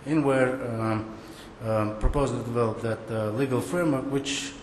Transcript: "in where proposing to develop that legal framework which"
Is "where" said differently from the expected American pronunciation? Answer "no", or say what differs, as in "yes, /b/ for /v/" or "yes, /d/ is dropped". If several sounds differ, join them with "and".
no